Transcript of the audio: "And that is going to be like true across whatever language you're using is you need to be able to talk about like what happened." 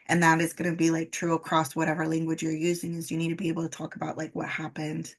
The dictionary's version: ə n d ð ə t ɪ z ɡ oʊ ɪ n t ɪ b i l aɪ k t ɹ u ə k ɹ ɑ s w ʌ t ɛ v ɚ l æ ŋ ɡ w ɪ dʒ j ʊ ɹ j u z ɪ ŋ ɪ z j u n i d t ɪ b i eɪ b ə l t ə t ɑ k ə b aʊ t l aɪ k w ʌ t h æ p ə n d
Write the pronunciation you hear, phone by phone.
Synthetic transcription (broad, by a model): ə n ð ə t ɪ z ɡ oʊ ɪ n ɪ b i l aɪ k t ɹ u ə k ɹ ɑ s w ʌ t ɛ v ɚ l æ ŋ ɡ w ɪ dʒ j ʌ ɹ j u z ɪ ŋ ɪ z j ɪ n i d t ɪ b i eɪ b l t ə t ɑ k ə b aʊ t l aɪ k w ʌ t h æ p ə n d